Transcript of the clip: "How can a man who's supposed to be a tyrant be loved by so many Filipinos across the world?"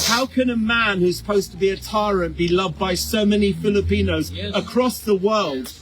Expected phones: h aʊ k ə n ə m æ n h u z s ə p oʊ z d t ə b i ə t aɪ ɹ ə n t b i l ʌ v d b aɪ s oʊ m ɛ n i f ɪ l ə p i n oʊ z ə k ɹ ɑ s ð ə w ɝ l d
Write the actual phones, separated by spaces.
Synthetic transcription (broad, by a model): h aʊ k ə n ə m æ n h u z s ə p oʊ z t ə b i ə t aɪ ɹ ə n b i l ʌ v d b aɪ s oʊ m ɛ n i f ɪ l ə p i n oʊ z ə k ɹ ɑ s ð ə w ɝ l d